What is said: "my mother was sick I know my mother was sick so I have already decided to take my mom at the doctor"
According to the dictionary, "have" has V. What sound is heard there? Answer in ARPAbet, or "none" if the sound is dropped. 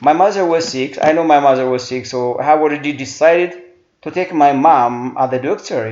W